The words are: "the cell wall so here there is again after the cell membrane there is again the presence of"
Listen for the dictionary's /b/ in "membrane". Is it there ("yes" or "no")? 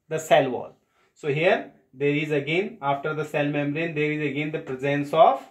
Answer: no